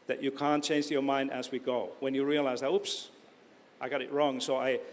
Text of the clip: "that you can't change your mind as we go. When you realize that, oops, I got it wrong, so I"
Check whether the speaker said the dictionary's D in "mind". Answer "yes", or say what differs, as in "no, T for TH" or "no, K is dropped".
yes